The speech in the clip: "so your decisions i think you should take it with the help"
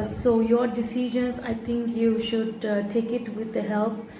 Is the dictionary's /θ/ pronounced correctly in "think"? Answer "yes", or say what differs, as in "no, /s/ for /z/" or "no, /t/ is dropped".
no, /t/ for /θ/